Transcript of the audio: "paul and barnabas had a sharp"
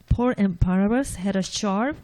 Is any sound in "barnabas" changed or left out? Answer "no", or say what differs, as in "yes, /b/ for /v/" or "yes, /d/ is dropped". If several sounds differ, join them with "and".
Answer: yes, /n/ is dropped